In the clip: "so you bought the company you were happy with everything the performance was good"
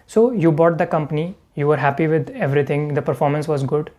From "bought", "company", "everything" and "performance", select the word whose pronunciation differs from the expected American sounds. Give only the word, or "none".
everything